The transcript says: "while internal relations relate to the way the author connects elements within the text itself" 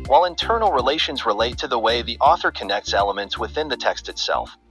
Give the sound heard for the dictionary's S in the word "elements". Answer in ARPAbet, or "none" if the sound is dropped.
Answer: S